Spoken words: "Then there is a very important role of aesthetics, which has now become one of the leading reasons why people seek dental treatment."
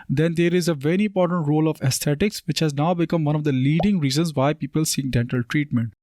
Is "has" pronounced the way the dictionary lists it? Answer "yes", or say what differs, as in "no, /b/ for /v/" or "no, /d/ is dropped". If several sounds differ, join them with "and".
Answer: yes